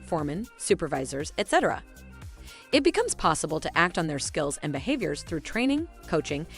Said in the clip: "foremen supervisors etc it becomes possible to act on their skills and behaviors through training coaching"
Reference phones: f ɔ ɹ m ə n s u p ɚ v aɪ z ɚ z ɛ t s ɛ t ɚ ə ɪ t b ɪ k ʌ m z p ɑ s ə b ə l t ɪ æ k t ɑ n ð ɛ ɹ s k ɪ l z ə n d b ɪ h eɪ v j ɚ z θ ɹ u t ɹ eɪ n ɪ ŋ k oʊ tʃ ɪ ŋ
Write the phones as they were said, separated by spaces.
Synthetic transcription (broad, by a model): f ɔ ɹ m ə n s u p ɚ v aɪ z ɚ z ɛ t s ɛ t ɚ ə ɪ t b ɪ k ʌ m z p ɑ s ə b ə l t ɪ æ k t n ð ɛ ɹ s k ɪ l z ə n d b ɪ h eɪ v j ɚ z θ ɹ u t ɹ eɪ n ɪ ŋ k oʊ tʃ ɪ ŋ